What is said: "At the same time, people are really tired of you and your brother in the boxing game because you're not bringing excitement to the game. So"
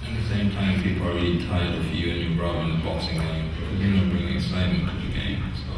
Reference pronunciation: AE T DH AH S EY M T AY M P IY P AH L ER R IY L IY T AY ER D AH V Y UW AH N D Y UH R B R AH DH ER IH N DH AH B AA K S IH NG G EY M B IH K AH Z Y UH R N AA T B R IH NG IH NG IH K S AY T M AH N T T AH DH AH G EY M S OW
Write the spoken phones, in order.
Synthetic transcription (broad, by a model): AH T DH AH S EY M T AY M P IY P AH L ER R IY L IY T AY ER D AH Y Y UW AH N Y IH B R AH UH IH N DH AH B AA K S IH NG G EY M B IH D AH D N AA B R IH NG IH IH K S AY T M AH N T T AH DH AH G EY M S OW